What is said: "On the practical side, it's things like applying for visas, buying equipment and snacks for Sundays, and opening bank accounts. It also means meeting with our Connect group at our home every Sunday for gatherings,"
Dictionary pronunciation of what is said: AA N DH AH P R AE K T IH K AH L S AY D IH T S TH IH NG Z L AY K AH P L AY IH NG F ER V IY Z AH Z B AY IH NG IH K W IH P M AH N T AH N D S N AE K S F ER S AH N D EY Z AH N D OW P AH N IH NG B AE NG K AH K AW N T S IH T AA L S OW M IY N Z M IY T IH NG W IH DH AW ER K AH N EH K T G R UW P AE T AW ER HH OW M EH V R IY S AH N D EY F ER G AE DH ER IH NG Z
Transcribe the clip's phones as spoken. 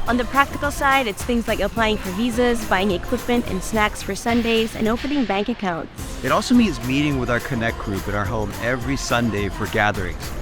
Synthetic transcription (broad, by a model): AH N DH AH P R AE K T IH K L S AY D IH T S TH IH NG Z L AY K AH P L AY IH NG F ER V IY Z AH Z B AY IH NG IH K W IH P M AH N T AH N S N AE K S F ER S AH N D EY Z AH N OW P AH N IH NG B AE NG K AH K AW N T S IH T AA L S OW M IY N Z M IY T IH NG W IH DH AW ER K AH N EH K G R UW P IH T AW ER HH OW M EH V R IY S AH N D EY F ER G AE DH ER IH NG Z